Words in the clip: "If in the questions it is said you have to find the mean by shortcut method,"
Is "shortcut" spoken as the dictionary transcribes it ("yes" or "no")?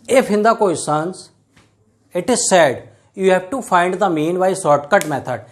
no